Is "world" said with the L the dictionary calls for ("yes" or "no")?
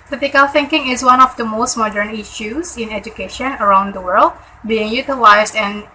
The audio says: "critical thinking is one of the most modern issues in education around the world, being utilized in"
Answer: yes